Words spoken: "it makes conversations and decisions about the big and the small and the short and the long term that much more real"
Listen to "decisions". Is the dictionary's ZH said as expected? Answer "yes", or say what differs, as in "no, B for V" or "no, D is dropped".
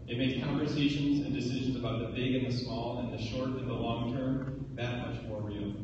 yes